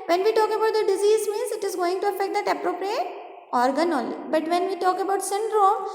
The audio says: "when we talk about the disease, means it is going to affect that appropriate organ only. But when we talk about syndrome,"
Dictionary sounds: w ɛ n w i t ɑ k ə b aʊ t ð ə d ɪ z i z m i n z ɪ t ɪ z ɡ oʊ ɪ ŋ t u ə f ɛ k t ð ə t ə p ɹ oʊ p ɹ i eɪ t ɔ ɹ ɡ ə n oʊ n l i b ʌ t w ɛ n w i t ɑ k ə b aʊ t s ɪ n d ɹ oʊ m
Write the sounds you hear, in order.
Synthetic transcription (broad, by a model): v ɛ n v i t ɑ k ə b aʊ t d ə d ɪ z i z m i n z ɪ t ɪ z ɡ oʊ ɪ ŋ t u ə f ɛ k t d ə t ə p ɹ oʊ p ɹ i eɪ t ɔ ɹ ɡ ə n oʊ l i b ʌ t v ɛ n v i t ɑ k ə b aʊ t s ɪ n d ɹ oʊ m